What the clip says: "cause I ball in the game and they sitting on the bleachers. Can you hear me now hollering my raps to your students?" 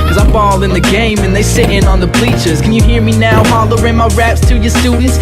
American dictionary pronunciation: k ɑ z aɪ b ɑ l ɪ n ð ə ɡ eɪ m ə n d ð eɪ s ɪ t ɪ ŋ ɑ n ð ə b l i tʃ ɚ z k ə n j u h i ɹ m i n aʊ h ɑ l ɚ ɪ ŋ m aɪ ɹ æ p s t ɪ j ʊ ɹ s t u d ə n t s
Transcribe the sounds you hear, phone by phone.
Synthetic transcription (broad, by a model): k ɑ z aɪ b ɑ l ɪ n ð ə ɡ eɪ m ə n ð eɪ s ɪ t ɪ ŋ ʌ n ð ə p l i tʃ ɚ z k ə n j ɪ h i ɹ m i n aʊ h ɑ l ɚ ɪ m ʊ ɹ æ p s t ɪ j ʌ ɹ s t u d n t s